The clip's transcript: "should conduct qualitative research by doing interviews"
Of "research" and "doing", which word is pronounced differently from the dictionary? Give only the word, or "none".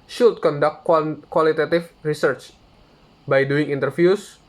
none